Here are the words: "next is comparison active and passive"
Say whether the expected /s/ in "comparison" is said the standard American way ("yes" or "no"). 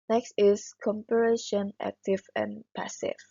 no